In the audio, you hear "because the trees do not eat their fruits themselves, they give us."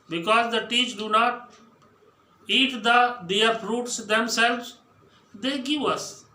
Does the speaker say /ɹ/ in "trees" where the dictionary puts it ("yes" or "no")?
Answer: no